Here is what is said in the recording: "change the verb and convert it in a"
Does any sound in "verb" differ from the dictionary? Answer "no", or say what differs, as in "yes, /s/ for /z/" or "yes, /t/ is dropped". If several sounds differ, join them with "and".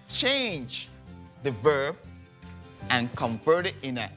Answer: no